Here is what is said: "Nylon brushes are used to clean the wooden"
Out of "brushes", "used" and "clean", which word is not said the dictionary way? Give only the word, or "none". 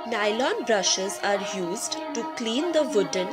none